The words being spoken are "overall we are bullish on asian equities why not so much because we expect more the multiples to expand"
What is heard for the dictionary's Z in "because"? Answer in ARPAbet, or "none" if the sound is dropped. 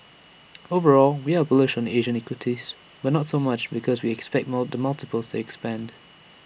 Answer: Z